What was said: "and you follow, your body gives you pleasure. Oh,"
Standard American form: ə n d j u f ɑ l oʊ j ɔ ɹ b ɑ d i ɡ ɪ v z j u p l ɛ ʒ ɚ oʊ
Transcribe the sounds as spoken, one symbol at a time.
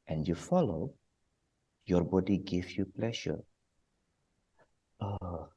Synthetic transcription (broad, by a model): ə n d j u f ɑ l oʊ j ɔ ɹ b ɑ d i ɡ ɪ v j u p l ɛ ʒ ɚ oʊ